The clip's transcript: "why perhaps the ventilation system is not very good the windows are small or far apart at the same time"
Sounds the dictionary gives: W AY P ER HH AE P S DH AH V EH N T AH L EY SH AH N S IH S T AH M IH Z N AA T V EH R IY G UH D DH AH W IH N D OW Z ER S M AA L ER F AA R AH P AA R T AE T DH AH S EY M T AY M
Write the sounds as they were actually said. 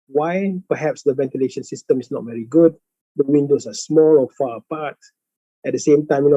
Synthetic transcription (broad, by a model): W AY P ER HH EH P S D AH V EH N T AH L EY SH AH N S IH S T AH M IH S N AA T V EH R IY G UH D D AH W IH N D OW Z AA S M AA L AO F AA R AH P AA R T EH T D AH S EY M T AY M